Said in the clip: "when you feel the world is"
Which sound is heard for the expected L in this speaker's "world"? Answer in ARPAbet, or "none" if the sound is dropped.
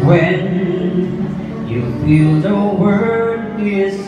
none